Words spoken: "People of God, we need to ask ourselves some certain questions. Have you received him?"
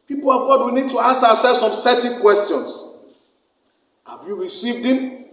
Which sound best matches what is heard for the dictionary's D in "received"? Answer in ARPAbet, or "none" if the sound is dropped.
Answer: D